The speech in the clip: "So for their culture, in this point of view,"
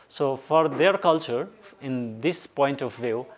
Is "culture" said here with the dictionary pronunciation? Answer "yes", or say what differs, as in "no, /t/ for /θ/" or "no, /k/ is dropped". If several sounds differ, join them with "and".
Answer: yes